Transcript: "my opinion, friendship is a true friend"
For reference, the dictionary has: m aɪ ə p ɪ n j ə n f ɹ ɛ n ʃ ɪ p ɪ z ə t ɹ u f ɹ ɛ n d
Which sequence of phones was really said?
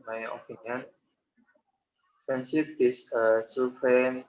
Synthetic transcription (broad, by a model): m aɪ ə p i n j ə n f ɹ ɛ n s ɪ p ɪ s ə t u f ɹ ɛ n